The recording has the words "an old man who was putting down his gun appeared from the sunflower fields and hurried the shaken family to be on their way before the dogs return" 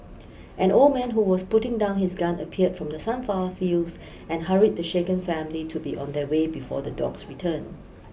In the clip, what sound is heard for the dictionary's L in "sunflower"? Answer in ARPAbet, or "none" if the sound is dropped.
none